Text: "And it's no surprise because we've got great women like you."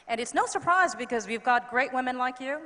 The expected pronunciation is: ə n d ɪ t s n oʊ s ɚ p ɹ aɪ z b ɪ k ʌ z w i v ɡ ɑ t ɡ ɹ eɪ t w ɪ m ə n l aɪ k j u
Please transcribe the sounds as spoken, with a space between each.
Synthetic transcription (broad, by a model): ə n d ɪ t s n oʊ s ɚ p ɹ aɪ z b ɪ k ʌ z w i v ɡ ɑ t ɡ ɹ eɪ t w ɪ m ə n l aɪ k j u